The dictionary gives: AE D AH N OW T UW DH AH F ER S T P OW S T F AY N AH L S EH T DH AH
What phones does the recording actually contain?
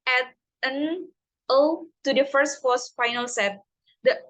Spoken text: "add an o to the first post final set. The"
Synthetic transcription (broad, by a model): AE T AH N OW T UW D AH F ER S T F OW S F AY N AH L S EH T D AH